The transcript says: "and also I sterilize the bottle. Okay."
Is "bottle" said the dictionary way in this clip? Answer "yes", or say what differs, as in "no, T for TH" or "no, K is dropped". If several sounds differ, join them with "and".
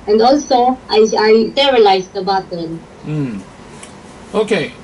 no, N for L